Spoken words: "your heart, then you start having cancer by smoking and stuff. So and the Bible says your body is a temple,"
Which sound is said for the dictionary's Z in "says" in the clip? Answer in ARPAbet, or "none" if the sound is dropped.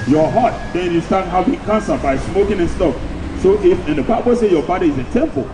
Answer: none